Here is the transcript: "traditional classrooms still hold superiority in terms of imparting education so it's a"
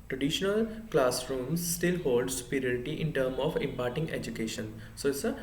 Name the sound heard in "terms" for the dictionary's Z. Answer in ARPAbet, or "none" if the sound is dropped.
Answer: none